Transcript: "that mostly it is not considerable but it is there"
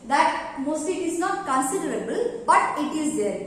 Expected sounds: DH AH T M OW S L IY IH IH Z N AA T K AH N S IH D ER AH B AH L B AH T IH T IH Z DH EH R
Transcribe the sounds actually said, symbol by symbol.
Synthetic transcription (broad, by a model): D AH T M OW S IY IH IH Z N AA T K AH N S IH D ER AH B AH L B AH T IH T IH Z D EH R